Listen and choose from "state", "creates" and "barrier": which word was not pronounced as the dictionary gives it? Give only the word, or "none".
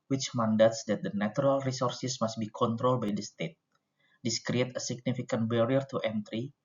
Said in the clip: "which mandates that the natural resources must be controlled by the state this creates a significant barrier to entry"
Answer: creates